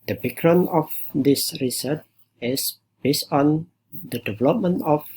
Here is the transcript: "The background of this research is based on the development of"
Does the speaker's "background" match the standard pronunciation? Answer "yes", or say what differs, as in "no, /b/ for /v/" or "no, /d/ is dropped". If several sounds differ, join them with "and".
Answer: no, /d/ is dropped